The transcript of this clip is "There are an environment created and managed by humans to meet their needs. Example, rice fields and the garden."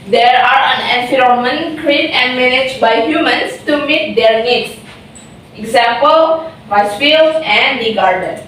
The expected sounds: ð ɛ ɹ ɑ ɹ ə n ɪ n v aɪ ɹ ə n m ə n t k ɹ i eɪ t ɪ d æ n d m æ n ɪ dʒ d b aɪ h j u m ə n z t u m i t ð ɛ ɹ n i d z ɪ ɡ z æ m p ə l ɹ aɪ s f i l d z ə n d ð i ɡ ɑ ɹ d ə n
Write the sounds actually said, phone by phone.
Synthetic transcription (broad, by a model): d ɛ ɹ ɑ ɹ ə n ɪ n f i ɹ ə m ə n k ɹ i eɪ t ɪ n d m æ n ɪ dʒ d b aɪ h j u m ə n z t u m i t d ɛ ɹ n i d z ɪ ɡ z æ m p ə l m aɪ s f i l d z ə n d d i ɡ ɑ ɹ d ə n